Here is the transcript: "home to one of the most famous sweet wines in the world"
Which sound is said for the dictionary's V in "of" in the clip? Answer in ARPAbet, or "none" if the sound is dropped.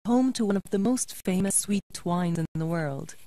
V